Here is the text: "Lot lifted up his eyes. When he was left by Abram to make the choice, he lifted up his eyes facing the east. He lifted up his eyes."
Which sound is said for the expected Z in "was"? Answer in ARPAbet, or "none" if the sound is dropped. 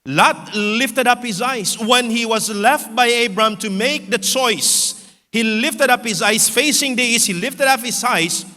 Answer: Z